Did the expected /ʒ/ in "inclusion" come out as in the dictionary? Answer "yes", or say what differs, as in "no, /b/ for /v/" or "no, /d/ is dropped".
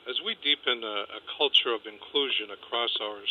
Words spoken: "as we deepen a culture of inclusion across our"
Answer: yes